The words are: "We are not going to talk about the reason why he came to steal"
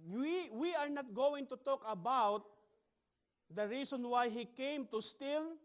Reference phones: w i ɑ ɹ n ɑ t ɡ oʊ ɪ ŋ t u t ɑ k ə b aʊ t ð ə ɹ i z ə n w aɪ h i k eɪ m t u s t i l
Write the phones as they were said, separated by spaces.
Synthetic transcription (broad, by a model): w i ɑ ɹ n ɑ t ɡ oʊ ɪ ŋ t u t ɑ k ə b aʊ t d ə ɹ i s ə n w aɪ h i k eɪ m t u s t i l